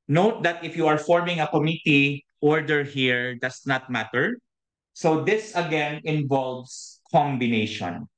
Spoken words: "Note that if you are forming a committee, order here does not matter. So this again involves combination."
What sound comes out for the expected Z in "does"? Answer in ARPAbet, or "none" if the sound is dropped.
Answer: S